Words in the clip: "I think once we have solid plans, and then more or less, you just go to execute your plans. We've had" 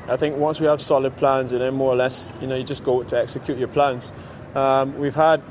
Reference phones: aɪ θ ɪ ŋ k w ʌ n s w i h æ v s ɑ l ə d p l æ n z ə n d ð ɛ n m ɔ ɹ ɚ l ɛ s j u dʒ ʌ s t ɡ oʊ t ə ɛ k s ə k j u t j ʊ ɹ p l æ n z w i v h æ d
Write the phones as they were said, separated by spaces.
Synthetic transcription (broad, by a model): aɪ θ ɪ ŋ k w ʌ n s w i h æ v s ɑ l ə d p l æ n z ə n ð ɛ n m ɔ ɹ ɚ l ɛ s j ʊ dʒ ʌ s ɡ oʊ t ə ɛ k s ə k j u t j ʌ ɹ p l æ n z w i v h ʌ d